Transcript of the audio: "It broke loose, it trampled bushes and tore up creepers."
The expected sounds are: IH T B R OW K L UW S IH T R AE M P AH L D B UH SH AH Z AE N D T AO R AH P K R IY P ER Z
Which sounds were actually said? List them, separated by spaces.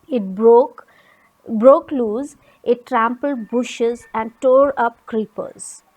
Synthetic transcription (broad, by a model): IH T B R OW K L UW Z IH T R AE M P AH L D B UH SH AH Z AE N D T AO R AH P K R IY P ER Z